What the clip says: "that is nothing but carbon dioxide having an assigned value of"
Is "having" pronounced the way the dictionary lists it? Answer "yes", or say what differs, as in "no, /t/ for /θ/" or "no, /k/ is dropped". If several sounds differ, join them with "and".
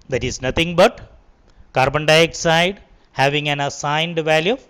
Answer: yes